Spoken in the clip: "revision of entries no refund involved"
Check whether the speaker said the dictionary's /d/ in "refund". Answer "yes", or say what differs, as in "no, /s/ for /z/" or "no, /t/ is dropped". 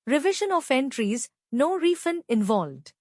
no, /d/ is dropped